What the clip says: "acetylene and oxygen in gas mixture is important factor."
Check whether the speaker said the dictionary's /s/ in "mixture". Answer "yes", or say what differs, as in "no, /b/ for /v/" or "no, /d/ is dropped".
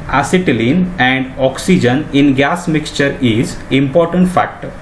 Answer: yes